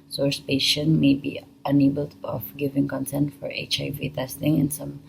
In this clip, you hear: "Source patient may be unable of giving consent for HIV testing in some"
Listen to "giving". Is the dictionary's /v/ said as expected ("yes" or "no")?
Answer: yes